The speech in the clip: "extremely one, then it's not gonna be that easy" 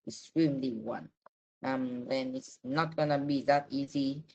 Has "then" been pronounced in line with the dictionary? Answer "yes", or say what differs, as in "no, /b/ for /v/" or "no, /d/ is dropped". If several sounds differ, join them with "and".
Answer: yes